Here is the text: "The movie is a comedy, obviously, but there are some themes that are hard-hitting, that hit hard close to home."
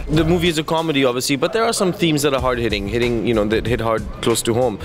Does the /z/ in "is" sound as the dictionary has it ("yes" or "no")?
yes